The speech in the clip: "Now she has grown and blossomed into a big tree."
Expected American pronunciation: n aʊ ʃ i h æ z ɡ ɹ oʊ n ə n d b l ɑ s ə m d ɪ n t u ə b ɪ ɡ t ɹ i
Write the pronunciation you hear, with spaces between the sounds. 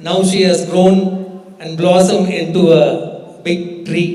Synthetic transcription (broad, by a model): n aʊ ʃ i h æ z ɡ ɹ oʊ n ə n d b l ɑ s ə m ɪ n t u ə b ɪ ɡ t ɹ i